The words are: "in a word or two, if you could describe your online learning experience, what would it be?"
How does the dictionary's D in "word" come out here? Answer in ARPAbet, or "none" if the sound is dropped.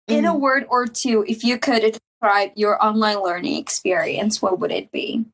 D